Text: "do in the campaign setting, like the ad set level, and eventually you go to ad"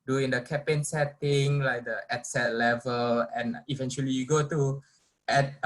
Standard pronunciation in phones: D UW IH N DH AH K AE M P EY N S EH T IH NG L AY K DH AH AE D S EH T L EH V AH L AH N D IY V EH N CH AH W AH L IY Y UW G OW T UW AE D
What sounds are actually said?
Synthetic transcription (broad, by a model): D UW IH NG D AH K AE P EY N S EH T IH NG L AY K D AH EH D S EH T L EH V AH L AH N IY V EH N CH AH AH L IY Y UW G OW T UW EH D